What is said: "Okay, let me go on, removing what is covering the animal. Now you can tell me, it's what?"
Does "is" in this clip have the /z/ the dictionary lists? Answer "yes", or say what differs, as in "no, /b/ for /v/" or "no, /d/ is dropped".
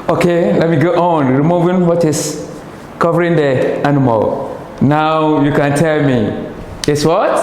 no, /s/ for /z/